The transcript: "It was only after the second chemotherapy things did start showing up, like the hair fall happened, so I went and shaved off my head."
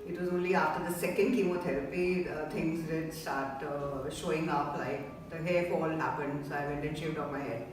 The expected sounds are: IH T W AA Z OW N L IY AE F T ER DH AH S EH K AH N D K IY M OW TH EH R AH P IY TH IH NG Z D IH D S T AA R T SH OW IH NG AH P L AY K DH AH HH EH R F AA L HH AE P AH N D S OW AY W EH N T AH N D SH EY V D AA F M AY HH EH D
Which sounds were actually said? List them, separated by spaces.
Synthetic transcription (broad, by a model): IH T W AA Z OW N L IY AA F T ER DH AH S EH K AH N D K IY M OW T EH R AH P IY T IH NG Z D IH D S T AA R T SH OW IH NG AH P L AY K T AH HH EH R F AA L HH AE P AH N D S OW AY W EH N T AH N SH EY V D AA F M AY HH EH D